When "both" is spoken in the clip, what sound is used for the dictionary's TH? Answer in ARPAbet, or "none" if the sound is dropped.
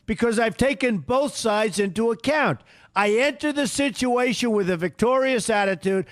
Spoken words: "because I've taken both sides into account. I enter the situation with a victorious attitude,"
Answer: TH